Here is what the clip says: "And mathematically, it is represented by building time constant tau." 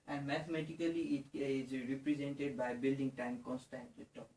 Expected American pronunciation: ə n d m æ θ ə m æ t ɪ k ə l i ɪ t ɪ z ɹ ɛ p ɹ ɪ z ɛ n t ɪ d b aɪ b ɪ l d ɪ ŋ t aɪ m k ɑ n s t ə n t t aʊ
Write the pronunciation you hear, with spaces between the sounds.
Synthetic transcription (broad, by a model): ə n d m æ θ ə m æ t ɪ k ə l i ɪ t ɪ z ɹ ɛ p ɹ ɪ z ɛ n t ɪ d b aɪ b ɪ l d ɪ ŋ t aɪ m k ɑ n s t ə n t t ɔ